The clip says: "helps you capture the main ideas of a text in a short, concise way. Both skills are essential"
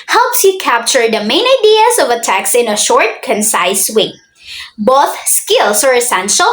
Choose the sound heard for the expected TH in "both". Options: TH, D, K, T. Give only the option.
TH